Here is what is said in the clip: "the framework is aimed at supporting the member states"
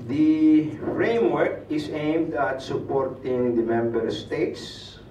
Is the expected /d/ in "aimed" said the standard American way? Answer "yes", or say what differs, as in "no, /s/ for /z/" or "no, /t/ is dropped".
yes